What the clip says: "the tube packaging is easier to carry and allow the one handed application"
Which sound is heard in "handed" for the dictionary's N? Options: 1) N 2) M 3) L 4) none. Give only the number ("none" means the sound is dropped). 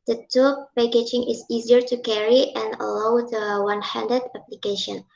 1